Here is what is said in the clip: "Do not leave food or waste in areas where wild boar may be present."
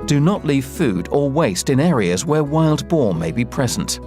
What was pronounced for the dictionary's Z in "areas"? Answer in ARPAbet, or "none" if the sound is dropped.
Z